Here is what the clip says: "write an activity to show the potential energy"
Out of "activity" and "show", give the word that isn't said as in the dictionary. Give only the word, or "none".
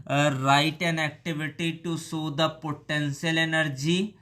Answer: show